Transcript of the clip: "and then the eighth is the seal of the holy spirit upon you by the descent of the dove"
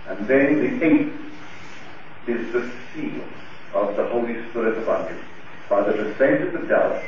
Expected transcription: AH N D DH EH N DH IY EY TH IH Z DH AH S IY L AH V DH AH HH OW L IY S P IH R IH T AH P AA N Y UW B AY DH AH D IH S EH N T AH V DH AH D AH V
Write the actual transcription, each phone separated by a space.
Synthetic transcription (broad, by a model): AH N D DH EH N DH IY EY T IH Z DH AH S IY L AH V DH AH HH OW L IY S P IH R IH T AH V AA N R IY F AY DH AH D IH S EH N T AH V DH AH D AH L